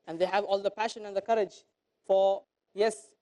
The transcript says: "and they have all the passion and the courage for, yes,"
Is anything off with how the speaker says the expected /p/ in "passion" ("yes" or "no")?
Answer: no